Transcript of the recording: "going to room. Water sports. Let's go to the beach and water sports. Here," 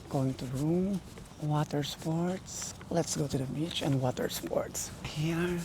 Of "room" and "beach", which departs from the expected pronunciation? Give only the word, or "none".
none